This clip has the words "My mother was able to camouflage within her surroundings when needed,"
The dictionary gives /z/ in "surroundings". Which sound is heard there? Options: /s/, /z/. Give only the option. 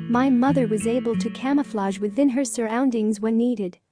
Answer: /z/